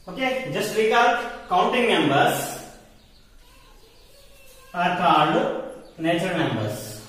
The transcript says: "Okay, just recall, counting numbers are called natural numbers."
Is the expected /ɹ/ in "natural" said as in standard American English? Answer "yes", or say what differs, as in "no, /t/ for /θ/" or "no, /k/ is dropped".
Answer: no, /ɹ/ is dropped